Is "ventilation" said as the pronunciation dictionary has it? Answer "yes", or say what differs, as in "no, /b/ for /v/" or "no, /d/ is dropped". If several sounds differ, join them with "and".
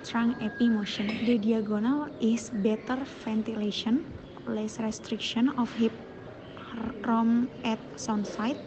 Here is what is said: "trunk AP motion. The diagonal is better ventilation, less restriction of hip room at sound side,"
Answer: no, /f/ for /v/